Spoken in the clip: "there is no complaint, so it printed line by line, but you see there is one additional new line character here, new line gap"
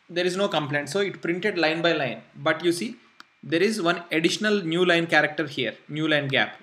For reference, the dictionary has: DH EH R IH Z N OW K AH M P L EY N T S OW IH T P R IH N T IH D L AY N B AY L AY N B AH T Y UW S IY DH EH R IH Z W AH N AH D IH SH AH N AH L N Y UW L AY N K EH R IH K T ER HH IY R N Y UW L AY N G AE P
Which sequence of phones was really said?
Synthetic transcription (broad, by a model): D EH R IH Z N OW K AH M P L EY N T S OW IH T P R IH N T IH D L AY N B AY L AY N B AH T Y UW S IY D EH R IH Z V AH N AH D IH SH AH N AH L N Y UW L AY N K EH R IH K T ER HH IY R N Y UW L AY N G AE P